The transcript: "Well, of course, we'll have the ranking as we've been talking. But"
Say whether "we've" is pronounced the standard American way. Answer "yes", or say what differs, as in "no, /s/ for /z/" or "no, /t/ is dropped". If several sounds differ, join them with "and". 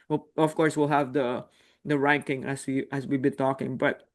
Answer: no, /w/ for /v/